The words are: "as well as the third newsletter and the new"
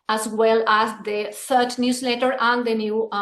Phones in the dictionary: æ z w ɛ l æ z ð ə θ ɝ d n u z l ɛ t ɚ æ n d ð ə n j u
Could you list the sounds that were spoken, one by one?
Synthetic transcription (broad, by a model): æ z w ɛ l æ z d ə t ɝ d n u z l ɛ t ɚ æ n d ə n j u